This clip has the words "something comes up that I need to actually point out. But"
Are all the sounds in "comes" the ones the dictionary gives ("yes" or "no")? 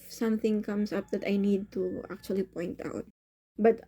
no